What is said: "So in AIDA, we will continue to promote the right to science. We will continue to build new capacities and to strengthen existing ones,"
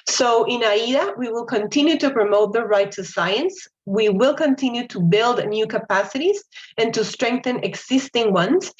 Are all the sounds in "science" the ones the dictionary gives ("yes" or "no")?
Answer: yes